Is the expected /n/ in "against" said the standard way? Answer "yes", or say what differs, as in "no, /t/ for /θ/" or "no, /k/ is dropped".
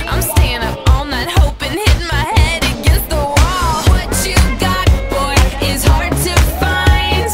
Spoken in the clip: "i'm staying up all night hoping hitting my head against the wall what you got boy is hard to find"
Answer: no, /n/ is dropped